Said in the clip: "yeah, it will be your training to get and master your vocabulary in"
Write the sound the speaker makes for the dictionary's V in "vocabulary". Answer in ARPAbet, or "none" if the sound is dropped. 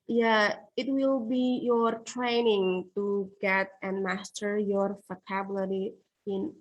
F